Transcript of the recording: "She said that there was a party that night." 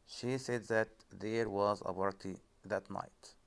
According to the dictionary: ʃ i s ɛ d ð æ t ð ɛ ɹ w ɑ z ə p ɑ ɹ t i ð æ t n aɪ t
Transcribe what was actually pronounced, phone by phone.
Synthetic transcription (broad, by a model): ʃ i s ɛ d ð æ t ð ɛ ɹ w ɑ z ə b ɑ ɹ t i ð æ t n aɪ t